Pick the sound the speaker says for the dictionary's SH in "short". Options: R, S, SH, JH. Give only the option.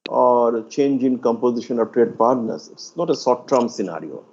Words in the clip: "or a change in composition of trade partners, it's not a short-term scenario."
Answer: S